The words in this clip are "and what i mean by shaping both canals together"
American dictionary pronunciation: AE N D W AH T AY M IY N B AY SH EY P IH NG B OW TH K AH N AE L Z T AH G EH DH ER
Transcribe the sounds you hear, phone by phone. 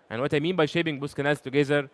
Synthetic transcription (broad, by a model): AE N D W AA T AY M IY N B AY SH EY B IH NG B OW S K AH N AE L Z T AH G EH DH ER